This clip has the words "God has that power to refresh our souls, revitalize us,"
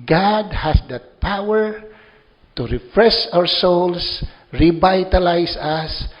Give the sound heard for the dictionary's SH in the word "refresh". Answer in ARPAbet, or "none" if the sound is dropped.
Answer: S